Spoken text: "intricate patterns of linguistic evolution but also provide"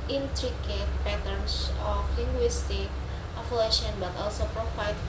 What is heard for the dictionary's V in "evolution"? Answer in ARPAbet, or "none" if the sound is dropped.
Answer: F